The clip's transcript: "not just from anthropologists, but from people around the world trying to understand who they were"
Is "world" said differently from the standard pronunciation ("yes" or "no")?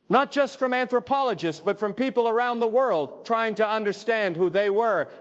no